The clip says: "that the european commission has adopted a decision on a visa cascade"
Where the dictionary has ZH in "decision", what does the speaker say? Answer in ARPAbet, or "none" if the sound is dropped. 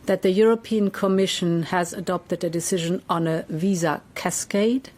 ZH